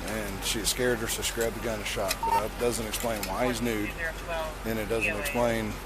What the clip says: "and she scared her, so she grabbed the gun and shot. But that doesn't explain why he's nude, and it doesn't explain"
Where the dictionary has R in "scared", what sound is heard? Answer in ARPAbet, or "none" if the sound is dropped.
R